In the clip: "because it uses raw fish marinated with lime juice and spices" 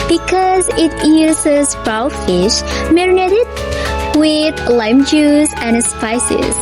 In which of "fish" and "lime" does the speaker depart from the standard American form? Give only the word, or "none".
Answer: none